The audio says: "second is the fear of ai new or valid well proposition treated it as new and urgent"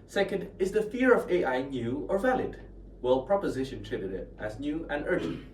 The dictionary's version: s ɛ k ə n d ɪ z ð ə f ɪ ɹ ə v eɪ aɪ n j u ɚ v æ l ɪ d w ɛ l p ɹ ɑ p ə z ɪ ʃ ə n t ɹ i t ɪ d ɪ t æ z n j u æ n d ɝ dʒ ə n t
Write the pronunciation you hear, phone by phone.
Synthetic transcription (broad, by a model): s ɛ k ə n d ɪ z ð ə f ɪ ɹ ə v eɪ aɪ n j u ɚ v æ l ɪ d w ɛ l p ɹ ɑ p ə z ɪ ʃ ə n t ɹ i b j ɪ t æ z n j u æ n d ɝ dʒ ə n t